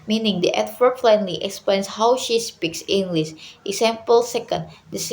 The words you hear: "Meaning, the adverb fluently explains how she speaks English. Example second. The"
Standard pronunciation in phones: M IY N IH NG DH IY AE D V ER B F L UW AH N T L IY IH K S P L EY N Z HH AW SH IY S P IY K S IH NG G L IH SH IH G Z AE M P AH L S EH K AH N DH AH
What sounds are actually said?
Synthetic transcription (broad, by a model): M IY N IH NG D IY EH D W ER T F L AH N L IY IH K S P L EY N S HH AW SH IY S P IY K S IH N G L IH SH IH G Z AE M P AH L S EH K AH N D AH